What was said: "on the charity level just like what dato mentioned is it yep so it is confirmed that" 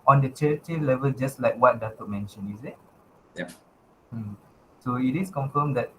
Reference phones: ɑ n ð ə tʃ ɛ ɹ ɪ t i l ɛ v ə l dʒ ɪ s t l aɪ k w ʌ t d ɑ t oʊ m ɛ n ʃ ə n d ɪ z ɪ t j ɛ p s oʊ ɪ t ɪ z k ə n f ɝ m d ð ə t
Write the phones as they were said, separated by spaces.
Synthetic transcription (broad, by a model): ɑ n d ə tʃ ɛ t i l ɛ v ə l dʒ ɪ s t l aɪ k w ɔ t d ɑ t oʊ m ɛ n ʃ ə n ɪ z ɪ t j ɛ s oʊ ɪ t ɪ s k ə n f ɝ m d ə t